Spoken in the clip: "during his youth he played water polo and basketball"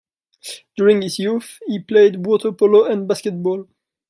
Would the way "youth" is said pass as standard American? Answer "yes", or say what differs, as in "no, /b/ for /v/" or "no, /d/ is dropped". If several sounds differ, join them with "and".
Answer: no, /f/ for /θ/